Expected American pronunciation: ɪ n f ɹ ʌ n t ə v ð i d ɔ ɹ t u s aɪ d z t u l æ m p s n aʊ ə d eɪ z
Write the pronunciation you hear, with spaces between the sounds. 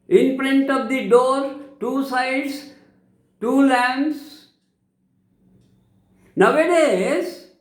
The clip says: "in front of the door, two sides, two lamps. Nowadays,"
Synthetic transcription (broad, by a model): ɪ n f ɹ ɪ n t ə v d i d ɔ ɹ t u s aɪ d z t u l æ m s n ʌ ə d eɪ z